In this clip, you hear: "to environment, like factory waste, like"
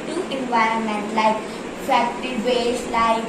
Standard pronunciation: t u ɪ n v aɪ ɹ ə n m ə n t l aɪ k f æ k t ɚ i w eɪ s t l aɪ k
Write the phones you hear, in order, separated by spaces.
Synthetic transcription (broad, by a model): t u ɪ n v aɪ ɹ ə n m ə n t l aɪ k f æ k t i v eɪ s l aɪ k